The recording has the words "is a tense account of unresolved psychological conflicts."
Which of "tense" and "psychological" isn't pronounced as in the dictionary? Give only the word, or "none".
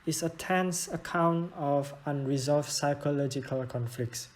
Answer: none